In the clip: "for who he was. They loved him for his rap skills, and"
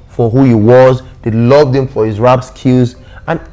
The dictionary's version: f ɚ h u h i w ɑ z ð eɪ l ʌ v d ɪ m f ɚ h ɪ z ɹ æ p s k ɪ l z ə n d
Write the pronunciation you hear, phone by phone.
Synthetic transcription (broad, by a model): f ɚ h u h i w ɑ z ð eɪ l ʌ v d ɪ m f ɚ h ɪ z ɹ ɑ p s k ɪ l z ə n